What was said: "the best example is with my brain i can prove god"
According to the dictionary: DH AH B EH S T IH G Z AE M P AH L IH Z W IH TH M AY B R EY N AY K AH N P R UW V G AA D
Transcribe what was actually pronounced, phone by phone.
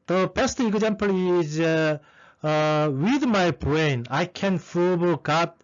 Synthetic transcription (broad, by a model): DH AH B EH S T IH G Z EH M P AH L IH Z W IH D M AY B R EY N AY K AH N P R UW B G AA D